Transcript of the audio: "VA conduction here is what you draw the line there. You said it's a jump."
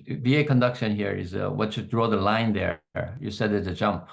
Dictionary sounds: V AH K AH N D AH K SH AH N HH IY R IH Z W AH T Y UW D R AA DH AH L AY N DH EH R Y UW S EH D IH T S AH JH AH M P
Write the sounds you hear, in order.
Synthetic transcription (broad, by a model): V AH K AH N D AH K SH AH N HH IY R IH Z W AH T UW D R AA DH AH L AY N DH EH R Y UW S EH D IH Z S AH JH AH M P